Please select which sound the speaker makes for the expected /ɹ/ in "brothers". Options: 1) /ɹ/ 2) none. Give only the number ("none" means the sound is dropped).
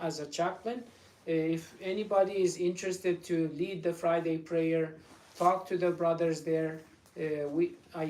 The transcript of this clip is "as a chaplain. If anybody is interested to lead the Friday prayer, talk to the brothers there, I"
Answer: 1